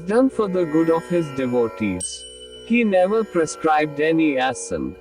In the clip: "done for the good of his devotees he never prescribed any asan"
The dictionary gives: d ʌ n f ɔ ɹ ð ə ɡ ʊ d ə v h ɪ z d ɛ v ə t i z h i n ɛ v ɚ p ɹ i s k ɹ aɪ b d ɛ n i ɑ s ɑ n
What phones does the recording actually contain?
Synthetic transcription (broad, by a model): d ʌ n f ɔ ɹ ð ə ɡ ʊ d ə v h ɪ z d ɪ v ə t i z h i n ɛ v ɚ p ɹ i s k ɹ aɪ b d ɛ n i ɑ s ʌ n